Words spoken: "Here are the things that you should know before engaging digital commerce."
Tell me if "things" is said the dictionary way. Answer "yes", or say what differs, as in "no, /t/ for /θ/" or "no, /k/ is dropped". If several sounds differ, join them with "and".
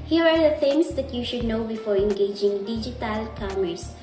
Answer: no, /f/ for /θ/